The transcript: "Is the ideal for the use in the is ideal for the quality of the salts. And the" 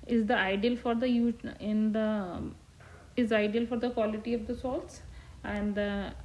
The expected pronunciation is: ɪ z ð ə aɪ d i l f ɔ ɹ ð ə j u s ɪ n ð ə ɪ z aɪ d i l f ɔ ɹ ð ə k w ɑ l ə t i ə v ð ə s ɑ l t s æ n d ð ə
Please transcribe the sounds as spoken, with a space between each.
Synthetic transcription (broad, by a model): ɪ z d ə aɪ d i l f ɔ ɹ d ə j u ɪ n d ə ɪ z aɪ d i l f ɔ ɹ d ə k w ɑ l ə t i ə v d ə s ɑ l t s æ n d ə